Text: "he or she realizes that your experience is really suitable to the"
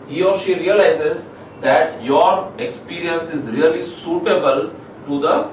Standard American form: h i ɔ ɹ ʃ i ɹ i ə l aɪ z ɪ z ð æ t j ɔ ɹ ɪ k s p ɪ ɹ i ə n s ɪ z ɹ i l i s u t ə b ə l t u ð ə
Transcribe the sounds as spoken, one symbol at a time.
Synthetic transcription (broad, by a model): h i ɔ ɹ ʃ i ɹ i ə l aɪ z ɪ z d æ t j ɔ ɹ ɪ k s p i ɹ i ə n s ɪ z ɹ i l i s u t ə b ə l t u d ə